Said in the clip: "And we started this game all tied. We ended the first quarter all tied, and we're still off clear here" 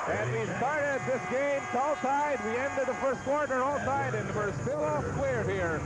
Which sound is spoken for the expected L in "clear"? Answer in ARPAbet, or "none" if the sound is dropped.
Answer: W